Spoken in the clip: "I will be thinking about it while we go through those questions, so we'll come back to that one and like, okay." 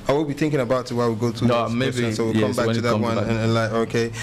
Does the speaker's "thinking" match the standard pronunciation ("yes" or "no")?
yes